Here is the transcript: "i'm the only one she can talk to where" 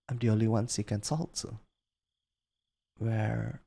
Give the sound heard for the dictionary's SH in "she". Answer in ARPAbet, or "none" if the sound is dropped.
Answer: S